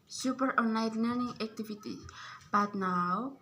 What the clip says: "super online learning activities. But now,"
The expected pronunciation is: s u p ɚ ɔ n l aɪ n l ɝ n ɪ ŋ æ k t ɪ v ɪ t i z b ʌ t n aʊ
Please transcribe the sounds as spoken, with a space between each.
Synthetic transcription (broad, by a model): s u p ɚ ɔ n aɪ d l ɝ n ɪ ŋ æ k t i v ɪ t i b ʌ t n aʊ